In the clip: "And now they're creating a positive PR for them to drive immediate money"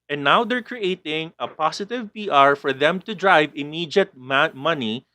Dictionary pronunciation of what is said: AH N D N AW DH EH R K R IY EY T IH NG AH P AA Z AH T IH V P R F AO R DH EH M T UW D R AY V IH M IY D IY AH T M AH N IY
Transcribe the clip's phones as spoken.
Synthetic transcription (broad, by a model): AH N N AW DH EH R K R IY EY T IH NG AH P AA S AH T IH V P R F AO R DH EH M T UW D R AY V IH M IY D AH T M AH N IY